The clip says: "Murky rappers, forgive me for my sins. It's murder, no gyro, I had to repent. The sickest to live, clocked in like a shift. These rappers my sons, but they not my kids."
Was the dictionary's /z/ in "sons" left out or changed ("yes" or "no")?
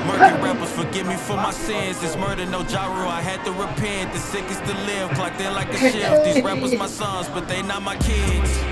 no